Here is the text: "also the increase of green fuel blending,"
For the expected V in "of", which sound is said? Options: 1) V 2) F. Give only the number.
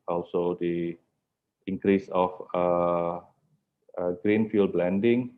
2